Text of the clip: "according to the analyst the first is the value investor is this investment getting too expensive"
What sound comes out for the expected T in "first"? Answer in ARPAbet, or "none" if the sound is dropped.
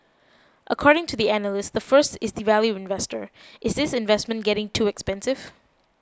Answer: T